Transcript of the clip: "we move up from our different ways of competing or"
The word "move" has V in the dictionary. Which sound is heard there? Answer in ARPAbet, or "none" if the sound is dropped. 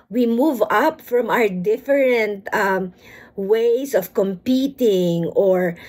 V